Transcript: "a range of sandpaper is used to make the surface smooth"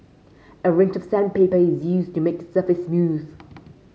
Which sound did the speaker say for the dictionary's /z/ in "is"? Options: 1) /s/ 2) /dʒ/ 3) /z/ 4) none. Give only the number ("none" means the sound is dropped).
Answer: 3